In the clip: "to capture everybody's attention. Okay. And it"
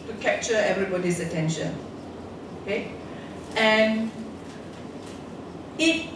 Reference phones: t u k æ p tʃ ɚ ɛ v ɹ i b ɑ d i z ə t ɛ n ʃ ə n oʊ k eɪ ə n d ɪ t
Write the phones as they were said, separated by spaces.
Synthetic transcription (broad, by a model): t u k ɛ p tʃ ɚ ɛ v ɹ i b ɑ d i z ə t ɛ n ʃ ə n oʊ k eɪ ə n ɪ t